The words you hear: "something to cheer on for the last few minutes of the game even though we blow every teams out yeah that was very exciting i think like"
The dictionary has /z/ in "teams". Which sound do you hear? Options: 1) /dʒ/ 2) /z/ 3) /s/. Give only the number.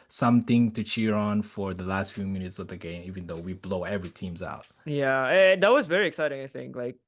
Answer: 2